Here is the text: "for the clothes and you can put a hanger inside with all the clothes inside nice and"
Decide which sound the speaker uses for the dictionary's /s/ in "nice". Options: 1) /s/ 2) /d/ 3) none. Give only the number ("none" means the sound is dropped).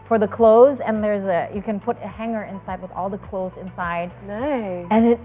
3